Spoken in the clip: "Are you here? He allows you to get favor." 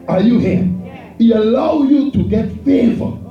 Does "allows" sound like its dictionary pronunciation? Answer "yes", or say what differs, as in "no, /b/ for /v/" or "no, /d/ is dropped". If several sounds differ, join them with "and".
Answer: no, /z/ is dropped